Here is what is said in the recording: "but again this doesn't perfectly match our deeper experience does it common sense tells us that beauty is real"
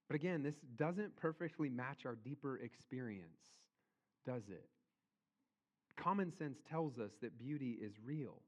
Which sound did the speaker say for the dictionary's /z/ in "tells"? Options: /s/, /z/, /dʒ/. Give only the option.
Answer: /z/